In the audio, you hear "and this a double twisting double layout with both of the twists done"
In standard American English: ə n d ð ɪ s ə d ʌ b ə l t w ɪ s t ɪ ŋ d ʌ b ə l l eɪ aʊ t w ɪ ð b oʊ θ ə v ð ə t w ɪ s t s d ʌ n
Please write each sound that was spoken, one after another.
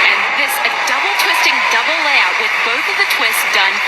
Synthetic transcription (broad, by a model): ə n ð ɪ s ə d ʌ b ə l t w ɪ s t ɪ ŋ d ʌ b l l eɪ aʊ t w ɪ ð b oʊ θ ə v ð ə t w ɪ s s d ʌ n